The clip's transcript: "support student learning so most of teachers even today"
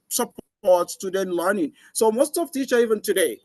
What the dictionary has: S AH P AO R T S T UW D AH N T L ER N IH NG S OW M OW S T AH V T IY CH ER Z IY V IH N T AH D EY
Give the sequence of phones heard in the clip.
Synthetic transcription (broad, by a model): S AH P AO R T S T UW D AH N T L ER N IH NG S OW M OW S T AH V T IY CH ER IY V IH N T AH D EY